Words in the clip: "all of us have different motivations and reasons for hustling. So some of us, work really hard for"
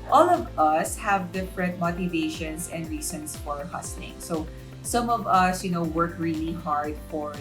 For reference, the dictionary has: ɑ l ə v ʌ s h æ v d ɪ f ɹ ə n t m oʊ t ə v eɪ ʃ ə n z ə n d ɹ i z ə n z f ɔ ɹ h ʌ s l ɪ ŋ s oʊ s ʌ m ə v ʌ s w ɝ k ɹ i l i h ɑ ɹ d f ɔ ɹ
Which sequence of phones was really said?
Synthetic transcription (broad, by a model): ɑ l ə v ʌ s h æ v d ɪ f ɹ ə n t m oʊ t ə v eɪ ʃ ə n s ə n d ɹ i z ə n s f ɔ ɹ h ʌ s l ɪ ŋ s oʊ s ʌ m ə v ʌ s w ɝ k ɹ i l i h ɑ ɹ d f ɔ ɹ